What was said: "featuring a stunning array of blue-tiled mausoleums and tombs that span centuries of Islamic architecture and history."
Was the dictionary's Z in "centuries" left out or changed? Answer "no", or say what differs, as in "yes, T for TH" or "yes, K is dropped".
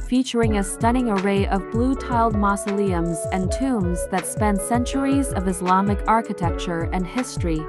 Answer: no